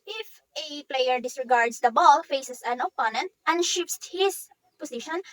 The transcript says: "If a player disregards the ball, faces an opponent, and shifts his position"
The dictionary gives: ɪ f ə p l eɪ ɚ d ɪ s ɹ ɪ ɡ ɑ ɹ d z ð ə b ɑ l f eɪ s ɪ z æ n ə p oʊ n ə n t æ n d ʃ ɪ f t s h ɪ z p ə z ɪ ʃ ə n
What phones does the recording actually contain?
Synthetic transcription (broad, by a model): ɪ f ə p l eɪ ɚ d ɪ s ɹ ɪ ɡ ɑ ɹ d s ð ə b ɑ l f eɪ s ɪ s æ n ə p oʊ n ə n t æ n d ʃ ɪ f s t h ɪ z p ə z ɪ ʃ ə n